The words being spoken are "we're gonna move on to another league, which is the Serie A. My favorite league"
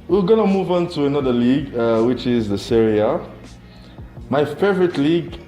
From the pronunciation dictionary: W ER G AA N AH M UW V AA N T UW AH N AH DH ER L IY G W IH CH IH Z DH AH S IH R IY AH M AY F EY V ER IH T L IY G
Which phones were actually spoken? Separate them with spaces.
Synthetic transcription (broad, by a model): W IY G AA N AH M UW V AA N T UW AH N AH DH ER L IY G W IH CH IH Z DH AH S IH R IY AH M AY F EY V ER IH T L IY G